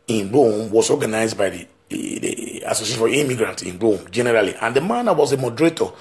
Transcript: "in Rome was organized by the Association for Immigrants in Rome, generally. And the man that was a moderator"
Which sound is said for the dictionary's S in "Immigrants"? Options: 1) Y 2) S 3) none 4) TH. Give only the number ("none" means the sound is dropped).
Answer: 3